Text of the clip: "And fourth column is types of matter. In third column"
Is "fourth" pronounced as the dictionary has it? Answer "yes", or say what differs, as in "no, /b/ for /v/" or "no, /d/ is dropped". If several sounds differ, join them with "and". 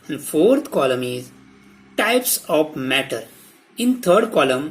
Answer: no, /t/ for /θ/